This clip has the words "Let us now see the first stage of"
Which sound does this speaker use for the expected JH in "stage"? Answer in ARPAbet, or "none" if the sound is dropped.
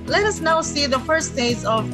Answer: Z